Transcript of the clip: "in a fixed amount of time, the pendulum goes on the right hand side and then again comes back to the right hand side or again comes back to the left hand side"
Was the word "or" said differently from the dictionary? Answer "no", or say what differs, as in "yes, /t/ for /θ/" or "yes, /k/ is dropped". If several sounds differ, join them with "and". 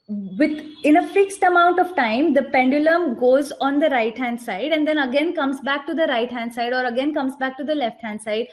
no